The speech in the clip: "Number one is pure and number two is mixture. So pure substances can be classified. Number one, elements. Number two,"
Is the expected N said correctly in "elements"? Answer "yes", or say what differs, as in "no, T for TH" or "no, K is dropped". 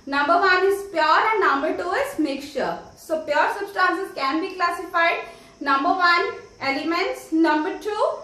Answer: yes